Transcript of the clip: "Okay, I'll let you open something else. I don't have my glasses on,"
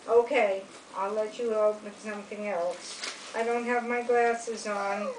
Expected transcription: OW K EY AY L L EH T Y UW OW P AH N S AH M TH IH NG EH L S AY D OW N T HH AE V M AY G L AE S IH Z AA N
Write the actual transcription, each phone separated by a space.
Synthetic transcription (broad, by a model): OW K EY AY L L EH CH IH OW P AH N S AH M TH IH NG EH L S AY D OW N T HH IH V M AY G L AE S IH Z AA N